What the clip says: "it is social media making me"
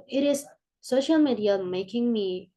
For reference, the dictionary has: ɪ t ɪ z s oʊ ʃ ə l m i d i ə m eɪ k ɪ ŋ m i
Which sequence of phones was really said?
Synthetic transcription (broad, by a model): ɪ t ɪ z s oʊ ʃ ə l m i d i ə m eɪ k ɪ ŋ m i